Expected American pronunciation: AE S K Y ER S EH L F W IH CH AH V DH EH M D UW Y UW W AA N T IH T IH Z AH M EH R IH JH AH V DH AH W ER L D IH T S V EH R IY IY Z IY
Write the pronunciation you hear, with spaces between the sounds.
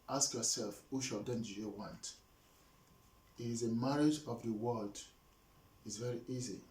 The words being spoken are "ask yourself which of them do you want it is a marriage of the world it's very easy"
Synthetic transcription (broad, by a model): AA S K Y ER S EH L F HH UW SH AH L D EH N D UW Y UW W AA N T IH T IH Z AH M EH R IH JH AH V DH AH W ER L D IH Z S V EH R IY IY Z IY